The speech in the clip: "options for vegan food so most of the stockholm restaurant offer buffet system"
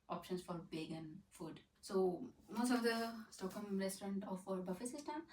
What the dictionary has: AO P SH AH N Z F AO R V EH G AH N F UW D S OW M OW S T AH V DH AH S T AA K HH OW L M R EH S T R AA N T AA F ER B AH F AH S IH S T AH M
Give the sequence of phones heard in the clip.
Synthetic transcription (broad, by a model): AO P SH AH N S F AO R B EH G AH N F UW D S OW M OW S T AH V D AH S T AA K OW M R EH S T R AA N T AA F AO B AH F AH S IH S T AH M